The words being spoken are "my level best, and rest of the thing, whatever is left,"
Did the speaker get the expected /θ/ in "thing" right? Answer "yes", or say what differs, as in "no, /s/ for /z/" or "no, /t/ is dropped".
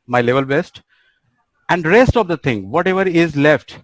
no, /t/ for /θ/